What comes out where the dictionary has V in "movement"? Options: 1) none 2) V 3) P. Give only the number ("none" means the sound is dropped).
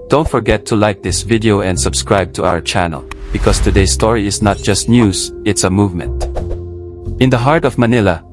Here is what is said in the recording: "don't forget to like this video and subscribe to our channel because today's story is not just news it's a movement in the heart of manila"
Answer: 2